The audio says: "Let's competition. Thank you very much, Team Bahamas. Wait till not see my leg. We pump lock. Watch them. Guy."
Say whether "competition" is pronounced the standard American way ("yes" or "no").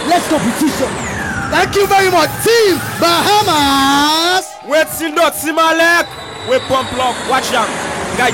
no